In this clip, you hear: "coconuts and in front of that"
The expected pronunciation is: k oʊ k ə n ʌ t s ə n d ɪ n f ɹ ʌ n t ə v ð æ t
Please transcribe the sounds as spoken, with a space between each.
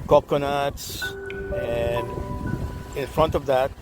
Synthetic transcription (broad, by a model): k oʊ k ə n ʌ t s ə n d ɪ n f ɹ ʌ n t ə v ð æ t